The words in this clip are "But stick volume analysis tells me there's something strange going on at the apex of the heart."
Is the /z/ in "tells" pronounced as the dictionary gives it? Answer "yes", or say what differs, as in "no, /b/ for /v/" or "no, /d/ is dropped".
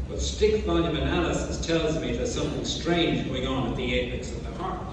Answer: yes